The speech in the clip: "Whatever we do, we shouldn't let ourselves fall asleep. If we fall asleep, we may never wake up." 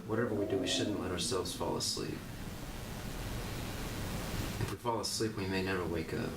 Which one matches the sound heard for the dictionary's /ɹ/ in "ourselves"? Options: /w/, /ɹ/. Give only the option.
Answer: /ɹ/